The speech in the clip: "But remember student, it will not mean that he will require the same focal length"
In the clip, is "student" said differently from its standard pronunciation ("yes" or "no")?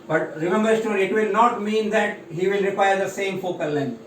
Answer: yes